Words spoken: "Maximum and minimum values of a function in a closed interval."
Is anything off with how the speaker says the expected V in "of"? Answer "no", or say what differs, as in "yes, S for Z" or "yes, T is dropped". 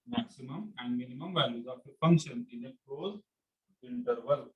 yes, P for V